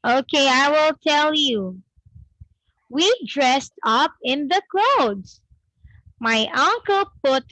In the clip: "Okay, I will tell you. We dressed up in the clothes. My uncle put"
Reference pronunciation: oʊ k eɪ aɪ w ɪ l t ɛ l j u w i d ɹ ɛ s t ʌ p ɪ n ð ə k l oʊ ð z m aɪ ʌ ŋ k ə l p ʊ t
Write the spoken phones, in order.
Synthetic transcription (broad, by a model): oʊ k eɪ aɪ w ɪ l t ɛ l j u w i d ɹ ɛ s t ʌ p ɪ n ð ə k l oʊ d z m aɪ ʌ ŋ k ə l p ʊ t